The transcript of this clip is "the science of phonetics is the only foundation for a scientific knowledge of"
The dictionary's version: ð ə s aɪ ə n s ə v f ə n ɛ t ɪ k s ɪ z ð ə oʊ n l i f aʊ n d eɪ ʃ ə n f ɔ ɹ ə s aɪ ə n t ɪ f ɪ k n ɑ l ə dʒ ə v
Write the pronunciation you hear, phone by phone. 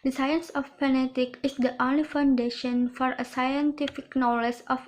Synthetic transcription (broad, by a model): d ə s aɪ ə n s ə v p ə n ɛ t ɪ k ɪ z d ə oʊ n l i f aʊ n d eɪ ʃ ə n f ɔ ɹ ə s aɪ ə n t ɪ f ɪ k n ɑ l ə dʒ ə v